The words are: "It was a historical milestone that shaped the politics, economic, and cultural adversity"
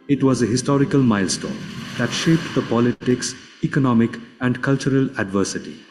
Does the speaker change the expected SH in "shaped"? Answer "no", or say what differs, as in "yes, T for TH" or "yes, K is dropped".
no